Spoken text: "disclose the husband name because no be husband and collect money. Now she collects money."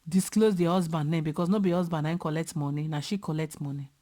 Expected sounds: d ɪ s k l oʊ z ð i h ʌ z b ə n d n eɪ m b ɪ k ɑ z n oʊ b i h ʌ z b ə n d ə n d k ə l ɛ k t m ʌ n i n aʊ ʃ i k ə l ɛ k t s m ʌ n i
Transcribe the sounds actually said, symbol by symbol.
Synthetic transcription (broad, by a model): d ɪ s k l oʊ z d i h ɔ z b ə n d n eɪ m b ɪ k ɑ s n oʊ b i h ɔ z b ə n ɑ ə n k ə l ɛ k t m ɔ n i n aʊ ʃ i k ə l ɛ k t m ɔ n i